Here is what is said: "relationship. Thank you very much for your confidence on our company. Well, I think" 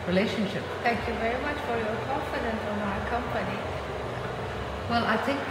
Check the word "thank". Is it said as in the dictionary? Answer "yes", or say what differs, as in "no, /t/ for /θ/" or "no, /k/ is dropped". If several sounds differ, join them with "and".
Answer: no, /t/ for /θ/